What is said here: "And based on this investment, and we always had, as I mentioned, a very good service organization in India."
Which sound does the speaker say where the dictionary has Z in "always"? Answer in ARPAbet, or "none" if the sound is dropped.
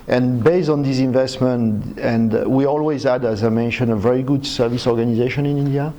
Z